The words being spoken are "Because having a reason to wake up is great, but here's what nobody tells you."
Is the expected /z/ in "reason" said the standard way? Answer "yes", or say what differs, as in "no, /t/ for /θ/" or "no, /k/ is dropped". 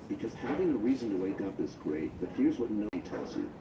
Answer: yes